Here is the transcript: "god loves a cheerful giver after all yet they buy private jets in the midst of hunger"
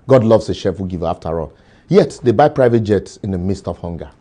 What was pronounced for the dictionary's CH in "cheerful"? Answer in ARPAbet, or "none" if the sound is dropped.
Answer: SH